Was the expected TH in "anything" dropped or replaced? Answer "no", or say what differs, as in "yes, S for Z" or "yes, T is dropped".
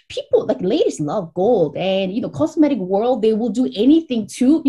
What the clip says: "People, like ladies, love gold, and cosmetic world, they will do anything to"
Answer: no